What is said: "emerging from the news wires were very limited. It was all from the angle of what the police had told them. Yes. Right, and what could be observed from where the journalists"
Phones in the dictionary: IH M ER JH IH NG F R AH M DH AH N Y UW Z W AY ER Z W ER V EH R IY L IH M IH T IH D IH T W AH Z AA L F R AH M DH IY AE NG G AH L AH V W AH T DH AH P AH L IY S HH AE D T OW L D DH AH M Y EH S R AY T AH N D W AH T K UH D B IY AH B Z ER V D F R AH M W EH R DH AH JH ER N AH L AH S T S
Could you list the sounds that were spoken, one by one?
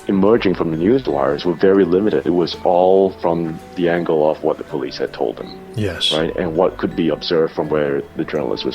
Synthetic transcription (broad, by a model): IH M ER JH IH NG F R AH M DH AH N Y UW Z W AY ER Z W ER V EH R IY L IH M IH T IH D IH T W AH Z AA L F R AH M DH IY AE NG G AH L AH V W AH T DH AH P AH L IY S HH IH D T OW L D DH AH M Y EH S R AY T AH N W AH T K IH D B IY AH B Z ER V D F R AH M W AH R DH AH JH ER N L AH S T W